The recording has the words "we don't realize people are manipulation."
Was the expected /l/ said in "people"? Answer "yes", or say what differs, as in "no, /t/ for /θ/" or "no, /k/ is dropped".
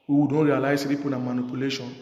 no, /n/ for /l/